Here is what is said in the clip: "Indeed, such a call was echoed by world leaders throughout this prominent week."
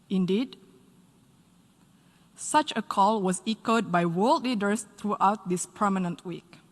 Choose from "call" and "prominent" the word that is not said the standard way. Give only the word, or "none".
prominent